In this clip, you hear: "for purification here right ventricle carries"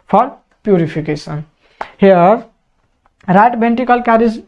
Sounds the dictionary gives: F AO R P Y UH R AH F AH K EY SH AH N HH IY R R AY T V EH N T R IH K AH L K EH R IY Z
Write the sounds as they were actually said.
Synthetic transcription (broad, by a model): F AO R P Y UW R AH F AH K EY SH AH N HH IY R R AY T B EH N T IH K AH L K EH R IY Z